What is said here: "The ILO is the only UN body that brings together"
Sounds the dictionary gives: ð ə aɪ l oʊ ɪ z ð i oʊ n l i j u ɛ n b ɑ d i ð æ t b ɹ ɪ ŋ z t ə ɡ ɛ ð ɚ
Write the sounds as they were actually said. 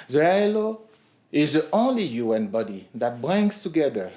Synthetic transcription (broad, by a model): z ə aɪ l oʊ ɪ z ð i oʊ n l i j u ɛ n b ɑ d i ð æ t b ɹ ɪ ŋ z t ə ɡ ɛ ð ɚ